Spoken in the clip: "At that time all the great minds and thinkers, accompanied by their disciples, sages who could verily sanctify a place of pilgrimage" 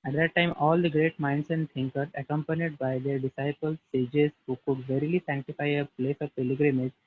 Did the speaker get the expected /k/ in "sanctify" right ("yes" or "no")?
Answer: yes